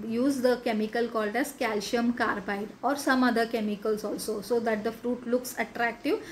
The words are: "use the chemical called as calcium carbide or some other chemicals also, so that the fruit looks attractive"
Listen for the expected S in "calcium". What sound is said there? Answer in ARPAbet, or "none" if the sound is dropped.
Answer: SH